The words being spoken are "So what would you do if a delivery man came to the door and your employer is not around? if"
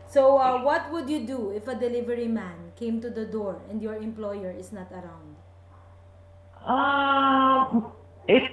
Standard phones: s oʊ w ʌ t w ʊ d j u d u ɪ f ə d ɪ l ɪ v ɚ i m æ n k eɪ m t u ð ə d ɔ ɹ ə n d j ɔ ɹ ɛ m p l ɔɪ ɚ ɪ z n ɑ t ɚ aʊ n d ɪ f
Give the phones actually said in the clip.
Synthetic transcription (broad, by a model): s oʊ w ʌ t w ʊ d j u d u ɪ f ə d ɪ l ɪ v ɚ i m æ n k eɪ m t u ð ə d ɔ ɹ ə n d j ɔ ɹ ɛ m p l ɔɪ ɚ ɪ s n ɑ t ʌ aʊ n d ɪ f